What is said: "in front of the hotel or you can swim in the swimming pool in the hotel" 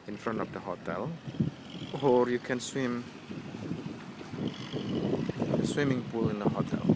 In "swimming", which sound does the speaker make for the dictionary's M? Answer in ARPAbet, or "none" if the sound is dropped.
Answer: M